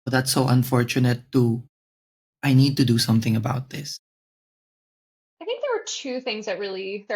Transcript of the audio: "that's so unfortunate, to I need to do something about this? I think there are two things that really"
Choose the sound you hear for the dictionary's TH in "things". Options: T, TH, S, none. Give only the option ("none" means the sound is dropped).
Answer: TH